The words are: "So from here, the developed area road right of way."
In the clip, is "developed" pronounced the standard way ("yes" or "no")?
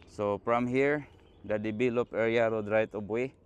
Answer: no